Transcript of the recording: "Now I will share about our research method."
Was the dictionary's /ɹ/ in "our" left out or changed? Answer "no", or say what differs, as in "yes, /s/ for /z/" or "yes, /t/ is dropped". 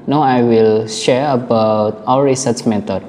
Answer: yes, /w/ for /ɹ/